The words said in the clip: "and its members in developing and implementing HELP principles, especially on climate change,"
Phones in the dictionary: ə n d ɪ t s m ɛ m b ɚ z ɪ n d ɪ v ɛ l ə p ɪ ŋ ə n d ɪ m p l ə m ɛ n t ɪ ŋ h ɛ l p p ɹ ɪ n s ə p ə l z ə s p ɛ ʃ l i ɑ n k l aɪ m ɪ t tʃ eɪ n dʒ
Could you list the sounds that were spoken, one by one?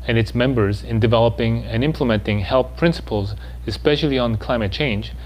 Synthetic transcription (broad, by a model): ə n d ɪ t s m ɛ m b ɚ z ɪ n d ɪ v ɛ l ə p ɪ ŋ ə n ɪ m p l ə m ɛ n t ɪ ŋ h ɛ l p p ɹ ɪ n s ə p ə l z ə s p ɛ ʃ l i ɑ n k l aɪ m ɪ t tʃ eɪ n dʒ